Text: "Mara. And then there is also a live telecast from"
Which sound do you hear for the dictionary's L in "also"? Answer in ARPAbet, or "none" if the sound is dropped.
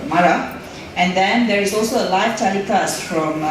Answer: L